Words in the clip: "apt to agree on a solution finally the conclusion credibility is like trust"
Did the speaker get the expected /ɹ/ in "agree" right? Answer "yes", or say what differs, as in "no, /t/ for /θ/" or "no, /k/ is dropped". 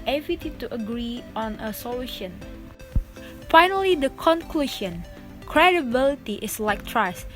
yes